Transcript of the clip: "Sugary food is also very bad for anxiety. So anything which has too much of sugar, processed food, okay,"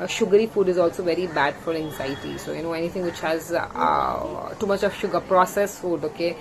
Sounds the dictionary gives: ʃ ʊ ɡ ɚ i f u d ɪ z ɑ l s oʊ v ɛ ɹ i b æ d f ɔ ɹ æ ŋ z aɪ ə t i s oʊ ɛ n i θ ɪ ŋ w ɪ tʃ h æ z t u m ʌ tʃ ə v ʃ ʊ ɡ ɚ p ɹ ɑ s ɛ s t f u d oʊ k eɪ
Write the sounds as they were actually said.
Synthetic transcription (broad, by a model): ʃ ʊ ɡ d i f u d ɪ z ɑ l s oʊ v ɛ ɹ i b æ d f ɔ ɹ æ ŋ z aɪ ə s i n oʊ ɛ n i t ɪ ŋ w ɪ tʃ h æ z t u m ʌ tʃ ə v ʃ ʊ ɡ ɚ p ɹ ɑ s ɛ s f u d oʊ k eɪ